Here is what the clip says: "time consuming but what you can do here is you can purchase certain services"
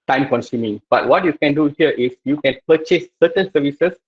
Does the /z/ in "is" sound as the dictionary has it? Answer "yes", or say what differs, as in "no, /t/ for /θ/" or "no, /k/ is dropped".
no, /s/ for /z/